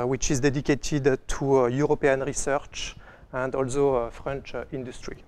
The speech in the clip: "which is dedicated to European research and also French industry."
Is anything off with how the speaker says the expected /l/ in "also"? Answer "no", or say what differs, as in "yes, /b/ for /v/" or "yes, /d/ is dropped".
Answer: no